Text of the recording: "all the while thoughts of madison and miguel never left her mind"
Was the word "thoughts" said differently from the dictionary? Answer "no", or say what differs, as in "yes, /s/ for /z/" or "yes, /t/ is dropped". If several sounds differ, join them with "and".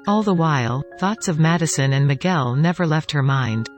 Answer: no